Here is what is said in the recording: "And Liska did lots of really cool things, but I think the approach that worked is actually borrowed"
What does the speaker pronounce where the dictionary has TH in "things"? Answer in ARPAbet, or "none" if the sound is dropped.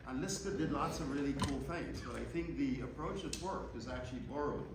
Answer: TH